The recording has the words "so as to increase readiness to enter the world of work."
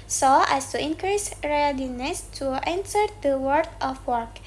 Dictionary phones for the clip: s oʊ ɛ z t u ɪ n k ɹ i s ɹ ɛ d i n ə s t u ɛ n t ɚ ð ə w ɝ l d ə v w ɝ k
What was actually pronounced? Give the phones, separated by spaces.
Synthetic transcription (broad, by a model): s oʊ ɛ s t u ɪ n k ɹ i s ɹ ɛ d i n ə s t u ɛ n t ɚ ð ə w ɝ d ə f w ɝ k